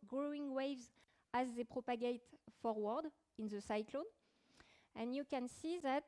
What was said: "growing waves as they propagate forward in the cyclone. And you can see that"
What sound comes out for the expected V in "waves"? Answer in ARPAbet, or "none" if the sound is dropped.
V